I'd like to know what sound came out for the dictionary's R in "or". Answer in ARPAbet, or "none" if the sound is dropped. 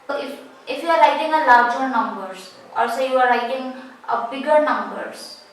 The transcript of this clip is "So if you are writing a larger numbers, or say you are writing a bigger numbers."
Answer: L